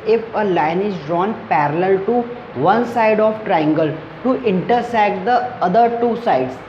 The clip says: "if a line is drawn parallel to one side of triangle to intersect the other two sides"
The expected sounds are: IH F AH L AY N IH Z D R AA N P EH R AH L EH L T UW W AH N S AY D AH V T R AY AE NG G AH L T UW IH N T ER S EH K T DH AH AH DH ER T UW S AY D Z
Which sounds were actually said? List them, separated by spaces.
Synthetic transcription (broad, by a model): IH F AH L AY N IH Z D R AA N P EH R AH L EH L T UW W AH N S AY D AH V T R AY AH NG G AH L T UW IH N T ER S EH K T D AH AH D ER T UW S AY D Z